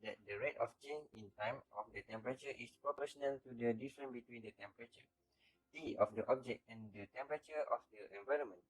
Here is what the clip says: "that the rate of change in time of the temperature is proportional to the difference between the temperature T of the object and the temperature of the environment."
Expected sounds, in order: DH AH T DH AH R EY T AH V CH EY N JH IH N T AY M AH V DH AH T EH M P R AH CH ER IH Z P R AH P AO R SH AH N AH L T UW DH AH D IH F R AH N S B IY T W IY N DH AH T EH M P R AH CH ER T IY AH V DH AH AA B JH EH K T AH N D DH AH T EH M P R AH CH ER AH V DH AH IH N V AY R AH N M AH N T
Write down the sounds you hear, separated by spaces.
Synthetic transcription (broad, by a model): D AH T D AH R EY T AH F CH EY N IH N T AY M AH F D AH T EH M P R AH CH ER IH S P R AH P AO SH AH N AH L T UW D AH D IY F R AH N B IY T W IY N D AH T EH M P R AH CH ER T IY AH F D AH AA B JH EH K T AH N D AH T EH M P R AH CH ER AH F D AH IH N V AY R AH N M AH N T